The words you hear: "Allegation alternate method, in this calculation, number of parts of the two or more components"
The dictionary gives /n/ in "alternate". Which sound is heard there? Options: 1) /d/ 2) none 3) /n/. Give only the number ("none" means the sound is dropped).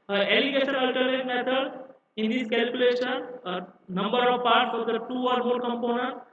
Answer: 2